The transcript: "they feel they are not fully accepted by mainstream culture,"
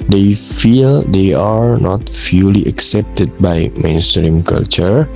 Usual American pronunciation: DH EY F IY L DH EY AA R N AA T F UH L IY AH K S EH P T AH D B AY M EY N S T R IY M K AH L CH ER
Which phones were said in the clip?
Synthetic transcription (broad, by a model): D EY F IY L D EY AA R N AA T F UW L IY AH K S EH P T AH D B AY M EY N S T R IY M K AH L CH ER